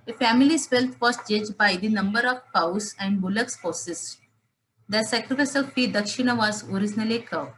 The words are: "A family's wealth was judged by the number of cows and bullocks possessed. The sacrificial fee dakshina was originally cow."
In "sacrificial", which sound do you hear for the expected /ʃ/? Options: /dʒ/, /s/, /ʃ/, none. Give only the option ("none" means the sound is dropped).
/s/